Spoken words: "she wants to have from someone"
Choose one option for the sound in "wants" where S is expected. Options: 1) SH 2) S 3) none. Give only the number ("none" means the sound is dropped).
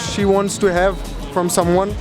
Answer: 2